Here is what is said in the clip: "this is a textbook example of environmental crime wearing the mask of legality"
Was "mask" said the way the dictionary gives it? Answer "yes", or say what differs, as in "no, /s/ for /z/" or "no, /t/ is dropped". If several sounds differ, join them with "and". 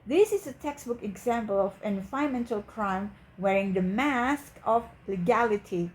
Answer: yes